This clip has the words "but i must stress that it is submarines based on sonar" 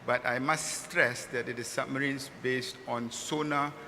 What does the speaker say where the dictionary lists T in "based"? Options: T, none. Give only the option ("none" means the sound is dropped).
T